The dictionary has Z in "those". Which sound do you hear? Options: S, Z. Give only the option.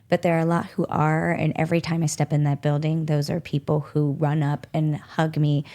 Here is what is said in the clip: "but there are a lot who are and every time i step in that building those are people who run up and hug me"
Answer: Z